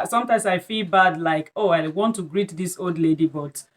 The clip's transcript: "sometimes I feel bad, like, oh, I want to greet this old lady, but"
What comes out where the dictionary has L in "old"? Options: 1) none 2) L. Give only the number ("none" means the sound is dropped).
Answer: 2